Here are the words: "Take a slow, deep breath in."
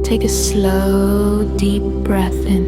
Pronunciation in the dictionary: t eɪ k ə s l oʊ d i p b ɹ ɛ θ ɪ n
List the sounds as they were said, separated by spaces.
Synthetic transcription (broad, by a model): t eɪ k ə s l oʊ d i p b ɹ ɛ θ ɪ n